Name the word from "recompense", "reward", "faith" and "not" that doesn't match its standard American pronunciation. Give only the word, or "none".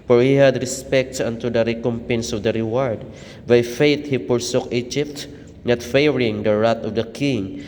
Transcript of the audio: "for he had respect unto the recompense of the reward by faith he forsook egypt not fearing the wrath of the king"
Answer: faith